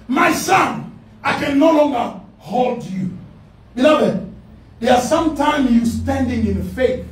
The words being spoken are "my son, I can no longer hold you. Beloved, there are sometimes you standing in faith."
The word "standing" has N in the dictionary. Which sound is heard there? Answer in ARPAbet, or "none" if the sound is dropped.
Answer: N